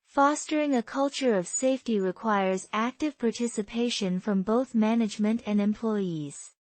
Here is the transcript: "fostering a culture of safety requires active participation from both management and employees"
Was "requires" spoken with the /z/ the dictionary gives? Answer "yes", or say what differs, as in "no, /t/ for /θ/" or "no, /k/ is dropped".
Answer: yes